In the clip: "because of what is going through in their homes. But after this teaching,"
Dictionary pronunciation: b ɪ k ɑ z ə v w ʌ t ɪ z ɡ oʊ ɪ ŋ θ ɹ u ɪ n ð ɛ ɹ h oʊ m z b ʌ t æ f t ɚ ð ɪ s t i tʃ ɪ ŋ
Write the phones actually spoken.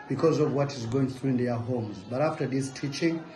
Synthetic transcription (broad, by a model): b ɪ k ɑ z ə v w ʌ t ɪ z ɡ oʊ ɪ ŋ θ ɹ u ɪ n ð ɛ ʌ h oʊ m z b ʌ t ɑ f t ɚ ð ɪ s t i tʃ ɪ ŋ